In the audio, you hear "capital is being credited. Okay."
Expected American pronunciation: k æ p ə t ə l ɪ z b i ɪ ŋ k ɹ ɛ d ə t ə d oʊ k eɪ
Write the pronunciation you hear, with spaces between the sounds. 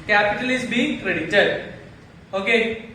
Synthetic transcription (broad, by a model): k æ p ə t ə l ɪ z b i k ɹ ɛ d ə t ə d oʊ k eɪ